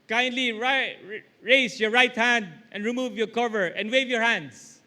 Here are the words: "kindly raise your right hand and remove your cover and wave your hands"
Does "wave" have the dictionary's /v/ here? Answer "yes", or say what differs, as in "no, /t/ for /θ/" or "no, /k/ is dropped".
yes